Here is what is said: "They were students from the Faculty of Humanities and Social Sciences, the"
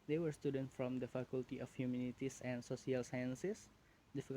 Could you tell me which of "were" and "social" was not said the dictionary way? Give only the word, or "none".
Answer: social